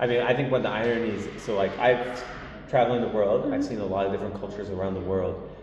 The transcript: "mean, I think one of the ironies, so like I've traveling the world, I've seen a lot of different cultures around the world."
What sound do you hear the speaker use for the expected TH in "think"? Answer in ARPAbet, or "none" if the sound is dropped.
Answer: TH